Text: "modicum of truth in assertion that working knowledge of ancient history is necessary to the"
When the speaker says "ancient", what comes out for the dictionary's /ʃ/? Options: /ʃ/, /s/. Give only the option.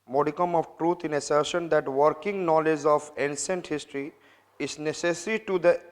/s/